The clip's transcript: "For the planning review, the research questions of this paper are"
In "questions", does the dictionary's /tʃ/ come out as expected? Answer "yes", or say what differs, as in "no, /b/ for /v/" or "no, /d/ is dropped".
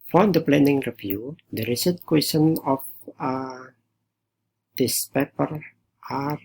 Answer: no, /tʃ/ is dropped